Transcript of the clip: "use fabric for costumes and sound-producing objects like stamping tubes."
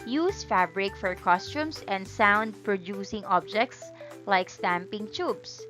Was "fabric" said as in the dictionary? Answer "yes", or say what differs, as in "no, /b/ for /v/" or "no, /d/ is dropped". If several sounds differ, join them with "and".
yes